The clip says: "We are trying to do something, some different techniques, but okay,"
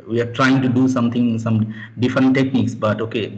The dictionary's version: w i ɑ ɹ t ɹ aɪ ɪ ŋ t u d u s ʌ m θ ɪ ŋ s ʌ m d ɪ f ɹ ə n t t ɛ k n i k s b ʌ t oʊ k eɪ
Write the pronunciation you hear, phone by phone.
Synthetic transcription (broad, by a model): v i ɑ ɹ t ɹ aɪ ɪ ŋ t u d u s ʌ m t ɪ ŋ s ʌ m d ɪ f ɹ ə n t t ɛ k n i k s b ʌ t oʊ k eɪ